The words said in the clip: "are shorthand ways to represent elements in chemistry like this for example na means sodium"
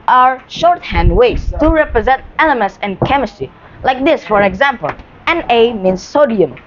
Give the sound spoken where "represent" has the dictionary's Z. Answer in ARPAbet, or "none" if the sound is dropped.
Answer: Z